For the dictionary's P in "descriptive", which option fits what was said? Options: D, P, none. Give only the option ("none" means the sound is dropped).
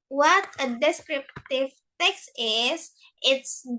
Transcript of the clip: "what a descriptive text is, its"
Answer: P